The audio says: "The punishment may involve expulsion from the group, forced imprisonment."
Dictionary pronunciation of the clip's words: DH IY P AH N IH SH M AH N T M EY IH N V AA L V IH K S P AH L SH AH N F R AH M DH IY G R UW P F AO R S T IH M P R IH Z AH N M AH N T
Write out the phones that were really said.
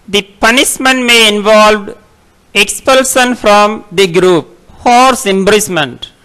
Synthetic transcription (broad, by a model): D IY P AH N IH SH M AH N T M EY IH N V AA L V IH K S P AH L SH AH N F R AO M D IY G R UW P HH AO R S IH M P R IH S M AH N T